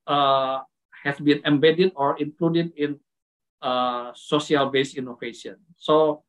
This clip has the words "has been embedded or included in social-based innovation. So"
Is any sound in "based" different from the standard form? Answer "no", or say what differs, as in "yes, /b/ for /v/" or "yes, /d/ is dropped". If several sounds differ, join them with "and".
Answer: yes, /t/ is dropped